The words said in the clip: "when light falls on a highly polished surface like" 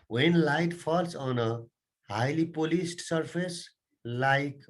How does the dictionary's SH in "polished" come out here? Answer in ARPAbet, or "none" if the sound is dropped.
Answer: S